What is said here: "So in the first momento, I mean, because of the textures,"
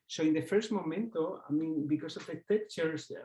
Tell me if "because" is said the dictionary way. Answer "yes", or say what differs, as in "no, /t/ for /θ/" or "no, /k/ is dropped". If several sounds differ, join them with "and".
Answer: no, /s/ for /z/